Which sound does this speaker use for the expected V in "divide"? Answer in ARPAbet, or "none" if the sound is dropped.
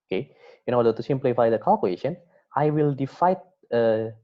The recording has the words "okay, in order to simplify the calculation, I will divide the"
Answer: F